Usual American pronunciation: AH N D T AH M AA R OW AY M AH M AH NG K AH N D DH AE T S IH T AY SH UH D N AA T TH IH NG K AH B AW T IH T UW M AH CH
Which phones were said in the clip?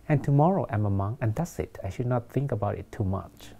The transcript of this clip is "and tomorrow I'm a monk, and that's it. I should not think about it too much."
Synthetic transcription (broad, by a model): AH N T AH M AA R OW AY M AH M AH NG AH N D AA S IH T AY SH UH D N AA T TH IH NG K AH B AW T IH T UW M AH CH